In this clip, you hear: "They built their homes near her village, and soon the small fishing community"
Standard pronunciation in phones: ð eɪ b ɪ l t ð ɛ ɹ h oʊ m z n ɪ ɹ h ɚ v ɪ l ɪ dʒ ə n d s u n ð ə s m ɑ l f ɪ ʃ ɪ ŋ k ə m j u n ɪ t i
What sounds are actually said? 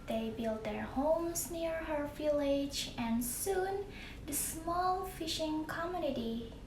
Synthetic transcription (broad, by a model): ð eɪ b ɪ l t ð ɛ ɹ h oʊ m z n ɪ ɹ h ɚ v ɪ l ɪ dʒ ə n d s u n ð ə s m ɑ l f ɪ ʃ ɪ ŋ k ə m j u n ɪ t i